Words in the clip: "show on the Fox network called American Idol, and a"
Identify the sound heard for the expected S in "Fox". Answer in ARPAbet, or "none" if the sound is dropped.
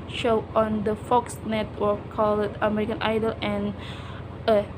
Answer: S